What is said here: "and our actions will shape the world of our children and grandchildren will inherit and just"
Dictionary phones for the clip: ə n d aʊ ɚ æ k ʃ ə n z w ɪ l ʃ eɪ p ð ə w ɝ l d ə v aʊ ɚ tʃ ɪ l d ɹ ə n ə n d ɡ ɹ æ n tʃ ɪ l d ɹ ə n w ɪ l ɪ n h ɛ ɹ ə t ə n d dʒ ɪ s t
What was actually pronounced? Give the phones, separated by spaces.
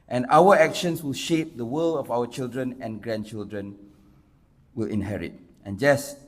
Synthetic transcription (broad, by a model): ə n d aʊ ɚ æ k ʃ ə n s w ɪ l ʃ eɪ p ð ə w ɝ l ə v aʊ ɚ tʃ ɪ l d ɹ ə n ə n ɡ ɹ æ n tʃ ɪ l d ɹ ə n w ɪ l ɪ n h ɛ ɹ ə t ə n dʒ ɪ s